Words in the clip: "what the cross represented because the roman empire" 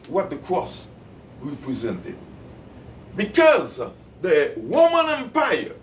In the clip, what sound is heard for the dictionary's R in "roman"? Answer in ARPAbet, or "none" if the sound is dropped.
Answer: W